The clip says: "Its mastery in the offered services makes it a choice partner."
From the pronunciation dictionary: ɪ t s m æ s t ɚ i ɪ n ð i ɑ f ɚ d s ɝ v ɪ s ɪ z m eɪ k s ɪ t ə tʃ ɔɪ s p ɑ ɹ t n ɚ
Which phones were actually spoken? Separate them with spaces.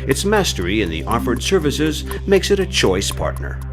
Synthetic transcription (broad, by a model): ɪ t s m æ s t ɚ i ɪ n ð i ɑ f ɚ d s ɝ v ɪ s ɪ z m eɪ k s ɪ t ə tʃ ɔɪ s p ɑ ɹ t n ɚ